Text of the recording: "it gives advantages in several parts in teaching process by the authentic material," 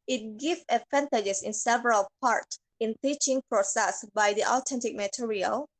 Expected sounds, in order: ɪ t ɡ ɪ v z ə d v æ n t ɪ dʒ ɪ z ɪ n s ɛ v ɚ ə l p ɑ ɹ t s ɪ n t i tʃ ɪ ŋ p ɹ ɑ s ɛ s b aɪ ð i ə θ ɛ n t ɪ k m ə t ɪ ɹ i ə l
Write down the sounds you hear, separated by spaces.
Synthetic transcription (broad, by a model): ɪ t ɡ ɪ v ə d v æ n t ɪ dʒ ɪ s ɪ n s ɛ v ɚ ə l p ɑ ɹ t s ɪ n t i tʃ ɪ ŋ p ɹ ɑ s ɛ s b aɪ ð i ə t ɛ n t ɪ k m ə t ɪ ɹ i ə l